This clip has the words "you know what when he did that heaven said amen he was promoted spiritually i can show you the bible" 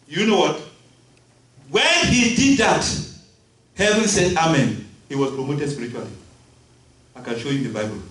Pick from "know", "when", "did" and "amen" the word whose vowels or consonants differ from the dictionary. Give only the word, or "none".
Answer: none